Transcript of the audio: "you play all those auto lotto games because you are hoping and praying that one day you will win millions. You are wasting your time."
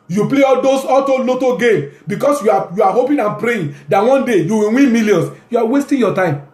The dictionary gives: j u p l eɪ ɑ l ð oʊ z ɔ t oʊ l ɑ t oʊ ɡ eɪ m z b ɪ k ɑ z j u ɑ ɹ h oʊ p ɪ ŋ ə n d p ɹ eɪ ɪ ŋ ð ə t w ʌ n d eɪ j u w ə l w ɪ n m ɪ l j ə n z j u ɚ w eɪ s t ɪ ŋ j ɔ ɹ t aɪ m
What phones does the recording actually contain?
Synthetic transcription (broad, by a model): j u p l eɪ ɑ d oʊ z ɔ t oʊ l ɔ t oʊ ɡ eɪ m b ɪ k ɑ s j u ɑ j h oʊ p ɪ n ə n p ɹ eɪ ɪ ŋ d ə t w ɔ n d eɪ j u w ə w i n m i l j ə n s j u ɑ w eɪ s t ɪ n j ɔ t aɪ m